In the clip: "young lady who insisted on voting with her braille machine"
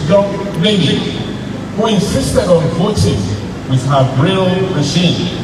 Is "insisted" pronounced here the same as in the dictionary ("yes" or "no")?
yes